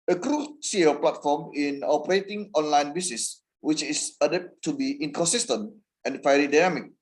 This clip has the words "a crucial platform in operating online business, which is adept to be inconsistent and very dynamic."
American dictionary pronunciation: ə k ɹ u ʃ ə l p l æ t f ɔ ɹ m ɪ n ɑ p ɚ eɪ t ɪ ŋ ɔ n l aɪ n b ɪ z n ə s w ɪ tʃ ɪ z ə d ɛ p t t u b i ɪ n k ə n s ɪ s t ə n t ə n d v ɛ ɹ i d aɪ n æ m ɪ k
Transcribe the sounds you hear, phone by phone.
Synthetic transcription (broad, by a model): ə k ɹ u s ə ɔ p l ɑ t f ɔ m ɪ n ɑ p ɚ eɪ t ɪ ŋ ɔ n l aɪ n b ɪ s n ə s w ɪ tʃ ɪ s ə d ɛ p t t u b i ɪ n k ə n s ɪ s t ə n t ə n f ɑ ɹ i d aɪ n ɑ m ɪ k